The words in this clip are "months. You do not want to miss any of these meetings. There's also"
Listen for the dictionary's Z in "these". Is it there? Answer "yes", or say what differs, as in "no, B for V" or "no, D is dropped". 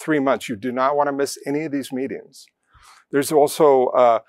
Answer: yes